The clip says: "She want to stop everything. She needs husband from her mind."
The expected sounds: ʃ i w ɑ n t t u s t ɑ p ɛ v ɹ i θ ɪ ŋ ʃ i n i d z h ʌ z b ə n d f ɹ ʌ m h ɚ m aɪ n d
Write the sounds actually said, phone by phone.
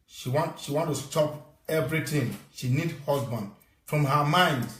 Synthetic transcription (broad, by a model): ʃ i w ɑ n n t u s t ɑ p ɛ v ɹ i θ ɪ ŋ ʃ i n i d h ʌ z b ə n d f ɹ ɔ m h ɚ m aɪ n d